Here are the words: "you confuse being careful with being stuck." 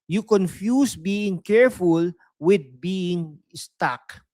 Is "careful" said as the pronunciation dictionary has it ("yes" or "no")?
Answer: yes